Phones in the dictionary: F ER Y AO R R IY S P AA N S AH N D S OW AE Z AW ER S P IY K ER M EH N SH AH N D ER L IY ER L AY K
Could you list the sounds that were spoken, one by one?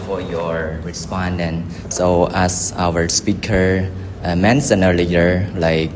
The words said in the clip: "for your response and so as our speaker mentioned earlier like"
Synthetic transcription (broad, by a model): F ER Y AO R R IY S P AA N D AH N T S OW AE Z AW ER S P IY K ER M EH N S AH N ER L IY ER L AY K